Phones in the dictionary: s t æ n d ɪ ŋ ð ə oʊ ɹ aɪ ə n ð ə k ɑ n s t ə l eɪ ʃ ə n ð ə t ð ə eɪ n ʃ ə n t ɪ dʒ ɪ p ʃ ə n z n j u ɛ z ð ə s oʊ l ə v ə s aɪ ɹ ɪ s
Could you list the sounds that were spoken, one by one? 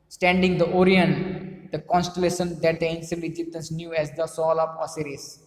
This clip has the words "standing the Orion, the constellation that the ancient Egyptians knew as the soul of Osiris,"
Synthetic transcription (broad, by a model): s t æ n d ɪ ŋ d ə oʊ ɹ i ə n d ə k ɑ n s t ə l eɪ ʃ ə n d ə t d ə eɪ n s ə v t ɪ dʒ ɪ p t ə n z n j u ɛ z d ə s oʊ l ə p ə s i ɹ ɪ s